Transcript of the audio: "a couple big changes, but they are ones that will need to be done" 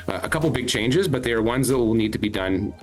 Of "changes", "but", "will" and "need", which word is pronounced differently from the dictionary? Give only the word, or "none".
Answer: none